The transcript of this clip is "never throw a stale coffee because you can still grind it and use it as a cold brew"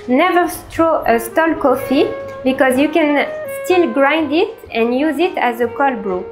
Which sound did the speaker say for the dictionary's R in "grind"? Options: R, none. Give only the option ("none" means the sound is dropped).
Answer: R